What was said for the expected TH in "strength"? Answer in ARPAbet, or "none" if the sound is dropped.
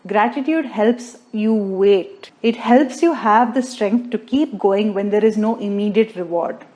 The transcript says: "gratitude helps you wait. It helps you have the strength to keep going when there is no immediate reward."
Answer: T